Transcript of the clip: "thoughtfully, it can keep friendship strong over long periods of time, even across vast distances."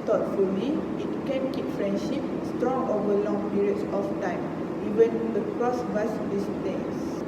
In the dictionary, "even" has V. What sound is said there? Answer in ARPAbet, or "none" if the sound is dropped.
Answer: W